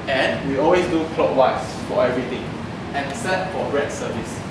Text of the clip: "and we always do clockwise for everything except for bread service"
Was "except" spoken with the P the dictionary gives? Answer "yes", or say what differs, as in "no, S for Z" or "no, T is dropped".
no, P is dropped